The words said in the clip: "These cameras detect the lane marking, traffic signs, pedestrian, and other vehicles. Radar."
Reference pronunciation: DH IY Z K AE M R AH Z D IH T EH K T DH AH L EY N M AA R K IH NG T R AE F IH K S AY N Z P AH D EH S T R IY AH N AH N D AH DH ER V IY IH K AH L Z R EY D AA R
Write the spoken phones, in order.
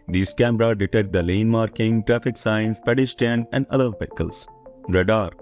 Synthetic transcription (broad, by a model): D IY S K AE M R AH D D IH T EH K T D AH L EY N M AA R K IH NG T R AE F IH K S AY N S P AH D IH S T IY N AH N D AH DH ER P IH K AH L S R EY D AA R